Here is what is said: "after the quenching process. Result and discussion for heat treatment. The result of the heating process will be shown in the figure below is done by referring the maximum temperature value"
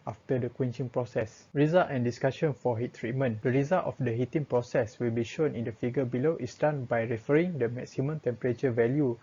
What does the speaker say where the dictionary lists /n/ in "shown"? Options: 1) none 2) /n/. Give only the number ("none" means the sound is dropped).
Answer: 2